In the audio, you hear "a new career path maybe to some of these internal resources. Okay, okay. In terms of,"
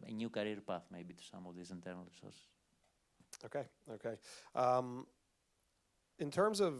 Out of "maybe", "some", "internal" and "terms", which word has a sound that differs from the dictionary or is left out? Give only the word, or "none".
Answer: none